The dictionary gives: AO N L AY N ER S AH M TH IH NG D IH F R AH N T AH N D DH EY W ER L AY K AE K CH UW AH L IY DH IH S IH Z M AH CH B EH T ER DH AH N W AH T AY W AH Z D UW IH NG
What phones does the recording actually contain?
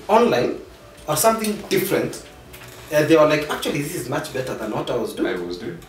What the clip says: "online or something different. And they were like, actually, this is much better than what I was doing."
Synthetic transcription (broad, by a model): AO N L AY N ER S AH M TH IH NG D IH F R AH N T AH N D DH EY W ER L AY K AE K CH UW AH L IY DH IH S IH Z M AH CH B EH T ER DH AH N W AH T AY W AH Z D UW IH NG